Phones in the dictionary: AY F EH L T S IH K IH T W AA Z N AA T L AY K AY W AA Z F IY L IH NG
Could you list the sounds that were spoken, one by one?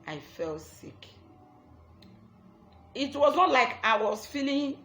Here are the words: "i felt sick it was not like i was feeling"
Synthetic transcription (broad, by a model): AY F EH L T S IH K IH T W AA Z N AA T L AY K AY W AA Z F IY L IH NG